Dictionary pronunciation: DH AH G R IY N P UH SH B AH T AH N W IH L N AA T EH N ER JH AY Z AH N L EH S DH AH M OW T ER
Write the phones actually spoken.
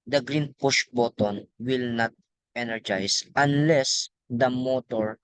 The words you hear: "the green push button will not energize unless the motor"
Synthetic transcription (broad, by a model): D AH G R IY N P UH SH B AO T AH N W IH L N AA T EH N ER JH AY S AH N L EH S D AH M OW T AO